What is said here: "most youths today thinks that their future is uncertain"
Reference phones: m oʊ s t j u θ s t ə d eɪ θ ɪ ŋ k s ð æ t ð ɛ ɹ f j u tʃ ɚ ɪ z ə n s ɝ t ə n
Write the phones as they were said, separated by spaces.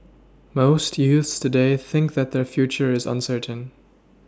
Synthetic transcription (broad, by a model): m oʊ s t j u θ s t ə d eɪ θ ɪ ŋ k ð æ t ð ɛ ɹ f j u tʃ ɚ ɪ z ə n s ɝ t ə n